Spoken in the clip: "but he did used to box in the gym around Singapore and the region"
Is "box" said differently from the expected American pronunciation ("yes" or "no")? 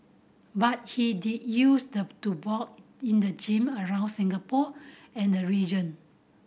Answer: yes